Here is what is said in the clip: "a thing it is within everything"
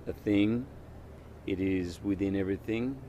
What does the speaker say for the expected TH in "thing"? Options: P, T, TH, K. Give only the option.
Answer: TH